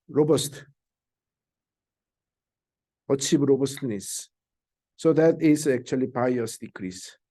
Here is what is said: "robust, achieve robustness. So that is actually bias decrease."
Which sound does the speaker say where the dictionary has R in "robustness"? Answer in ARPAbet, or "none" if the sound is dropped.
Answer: R